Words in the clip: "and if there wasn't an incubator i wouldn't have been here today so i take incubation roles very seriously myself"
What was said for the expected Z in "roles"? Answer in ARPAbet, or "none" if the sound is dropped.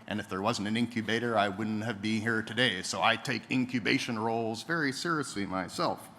Z